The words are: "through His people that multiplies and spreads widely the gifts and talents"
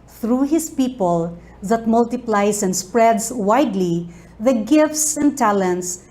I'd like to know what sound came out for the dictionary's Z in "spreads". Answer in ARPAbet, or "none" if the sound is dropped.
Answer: S